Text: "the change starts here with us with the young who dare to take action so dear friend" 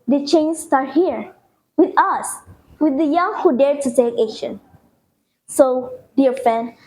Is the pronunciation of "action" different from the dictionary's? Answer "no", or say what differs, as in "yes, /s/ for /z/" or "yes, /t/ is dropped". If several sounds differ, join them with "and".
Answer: yes, /k/ is dropped